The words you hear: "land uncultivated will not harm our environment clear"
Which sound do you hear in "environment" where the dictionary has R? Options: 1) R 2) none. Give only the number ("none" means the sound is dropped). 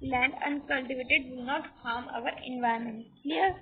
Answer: 2